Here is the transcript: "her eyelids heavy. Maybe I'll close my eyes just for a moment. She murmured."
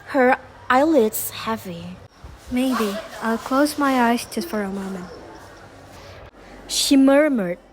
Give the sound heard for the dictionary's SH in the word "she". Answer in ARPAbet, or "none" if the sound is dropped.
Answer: SH